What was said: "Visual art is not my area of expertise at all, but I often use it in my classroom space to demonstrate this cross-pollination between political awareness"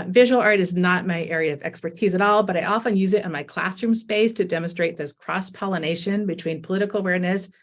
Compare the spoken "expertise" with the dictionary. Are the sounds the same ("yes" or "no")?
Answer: yes